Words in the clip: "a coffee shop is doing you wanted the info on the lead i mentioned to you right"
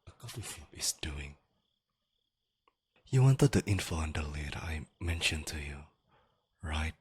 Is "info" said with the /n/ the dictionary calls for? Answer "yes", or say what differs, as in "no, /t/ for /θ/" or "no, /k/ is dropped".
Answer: yes